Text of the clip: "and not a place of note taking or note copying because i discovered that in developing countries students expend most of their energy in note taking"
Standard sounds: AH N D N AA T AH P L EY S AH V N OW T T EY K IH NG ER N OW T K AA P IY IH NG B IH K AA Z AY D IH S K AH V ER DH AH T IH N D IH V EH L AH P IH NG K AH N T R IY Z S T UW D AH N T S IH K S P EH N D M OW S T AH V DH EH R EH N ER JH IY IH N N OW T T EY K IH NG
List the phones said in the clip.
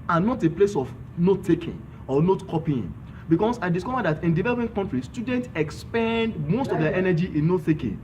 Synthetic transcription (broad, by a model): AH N N AA T AH P L EY S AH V N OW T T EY K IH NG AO N OW T K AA P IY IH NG B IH K AA S AY D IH S K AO V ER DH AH T IH N D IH V EH L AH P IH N K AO N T R IY S T UW D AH N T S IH K S P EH N D M OW S T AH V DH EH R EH N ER JH IY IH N N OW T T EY K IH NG